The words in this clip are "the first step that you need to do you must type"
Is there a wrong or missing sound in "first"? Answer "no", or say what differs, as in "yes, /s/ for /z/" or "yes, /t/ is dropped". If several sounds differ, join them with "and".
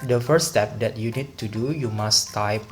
yes, /s/ is dropped